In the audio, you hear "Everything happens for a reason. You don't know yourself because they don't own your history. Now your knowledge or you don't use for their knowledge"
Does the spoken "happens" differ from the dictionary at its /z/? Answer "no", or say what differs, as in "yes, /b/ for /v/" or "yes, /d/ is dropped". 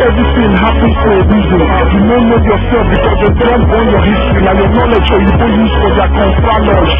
yes, /z/ is dropped